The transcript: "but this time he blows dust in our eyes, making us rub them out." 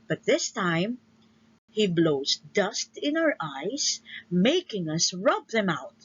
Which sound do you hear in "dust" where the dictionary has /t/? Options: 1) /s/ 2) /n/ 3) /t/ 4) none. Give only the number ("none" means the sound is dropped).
3